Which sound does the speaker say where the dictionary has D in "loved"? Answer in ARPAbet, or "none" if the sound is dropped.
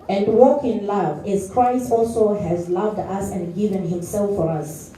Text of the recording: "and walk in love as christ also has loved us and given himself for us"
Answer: D